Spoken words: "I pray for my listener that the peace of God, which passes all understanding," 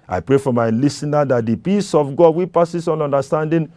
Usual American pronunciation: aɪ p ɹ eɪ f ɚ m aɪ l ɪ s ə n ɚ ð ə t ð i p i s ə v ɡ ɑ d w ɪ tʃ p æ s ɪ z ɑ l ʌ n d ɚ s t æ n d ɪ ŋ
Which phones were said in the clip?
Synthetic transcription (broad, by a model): aɪ p ɹ eɪ f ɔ m aɪ l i s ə n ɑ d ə t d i p i s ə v ɡ ɑ d w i p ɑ s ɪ s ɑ n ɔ n d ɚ s t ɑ n d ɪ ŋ